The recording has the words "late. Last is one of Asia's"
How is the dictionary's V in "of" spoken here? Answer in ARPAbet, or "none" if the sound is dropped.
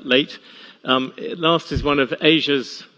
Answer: V